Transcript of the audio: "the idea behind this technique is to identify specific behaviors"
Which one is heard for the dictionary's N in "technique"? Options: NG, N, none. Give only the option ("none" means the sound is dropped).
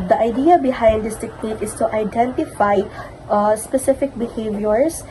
none